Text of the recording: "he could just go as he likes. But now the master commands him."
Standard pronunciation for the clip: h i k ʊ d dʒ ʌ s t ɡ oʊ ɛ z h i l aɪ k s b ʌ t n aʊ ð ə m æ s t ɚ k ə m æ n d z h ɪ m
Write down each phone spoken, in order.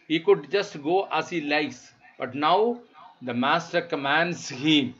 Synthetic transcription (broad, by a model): h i k ʊ d dʒ ʌ s t ɡ oʊ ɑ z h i l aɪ s b ʌ t n aʊ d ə m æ s t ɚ k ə m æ n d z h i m